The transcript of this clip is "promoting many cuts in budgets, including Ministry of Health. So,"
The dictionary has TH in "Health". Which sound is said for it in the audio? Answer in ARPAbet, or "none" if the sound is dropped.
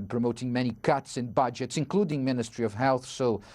TH